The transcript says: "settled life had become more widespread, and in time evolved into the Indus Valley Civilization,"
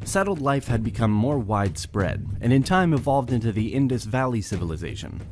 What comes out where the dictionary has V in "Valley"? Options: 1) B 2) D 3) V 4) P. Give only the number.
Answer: 3